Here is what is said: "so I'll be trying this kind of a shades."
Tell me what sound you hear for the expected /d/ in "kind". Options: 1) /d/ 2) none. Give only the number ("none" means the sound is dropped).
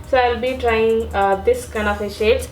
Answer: 2